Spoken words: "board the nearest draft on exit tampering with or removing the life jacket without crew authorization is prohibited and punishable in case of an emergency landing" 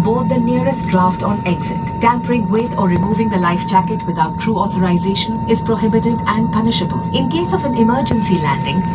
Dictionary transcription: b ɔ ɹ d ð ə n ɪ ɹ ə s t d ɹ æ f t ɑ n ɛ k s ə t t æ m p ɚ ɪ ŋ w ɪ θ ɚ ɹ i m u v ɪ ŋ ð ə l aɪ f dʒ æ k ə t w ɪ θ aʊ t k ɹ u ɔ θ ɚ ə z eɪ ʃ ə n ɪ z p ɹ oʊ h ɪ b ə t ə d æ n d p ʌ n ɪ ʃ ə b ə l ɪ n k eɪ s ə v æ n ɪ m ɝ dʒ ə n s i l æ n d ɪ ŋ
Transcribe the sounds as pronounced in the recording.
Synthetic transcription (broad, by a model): b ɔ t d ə n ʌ ɹ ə s t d ɹ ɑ f t ɑ n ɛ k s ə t t æ m p ɚ ɪ ŋ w ɪ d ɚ ɹ i m u v ɪ ŋ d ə l aɪ f dʒ æ k ə t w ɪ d aʊ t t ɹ u ɔ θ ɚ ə z eɪ ʃ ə n ɪ z p ɹ oʊ h ɪ b ə t ə d æ n d p ʌ n ɪ ʃ ə b ə l ɪ n k eɪ s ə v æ n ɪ m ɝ dʒ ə n s i l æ n d ɪ ŋ